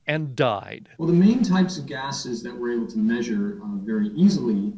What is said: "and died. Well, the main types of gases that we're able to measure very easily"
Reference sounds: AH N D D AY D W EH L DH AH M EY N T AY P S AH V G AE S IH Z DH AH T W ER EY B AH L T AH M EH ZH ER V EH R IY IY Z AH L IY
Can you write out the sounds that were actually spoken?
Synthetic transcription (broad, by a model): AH N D D AY D W EH L DH AH M EY N T AY P S AH V G AE S IH Z DH AH T W ER EY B L T AH M EH ZH ER V EH R IY IY Z L IY